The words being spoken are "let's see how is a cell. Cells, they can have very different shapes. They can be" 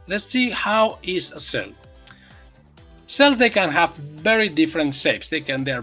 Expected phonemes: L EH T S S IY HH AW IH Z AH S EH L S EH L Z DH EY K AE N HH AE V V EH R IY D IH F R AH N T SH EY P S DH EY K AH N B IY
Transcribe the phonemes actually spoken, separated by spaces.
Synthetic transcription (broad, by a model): L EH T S S IY HH AW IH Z AH S EH L S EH L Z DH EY K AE N HH AE V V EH R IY D IH F R AH N T S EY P S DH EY K AH N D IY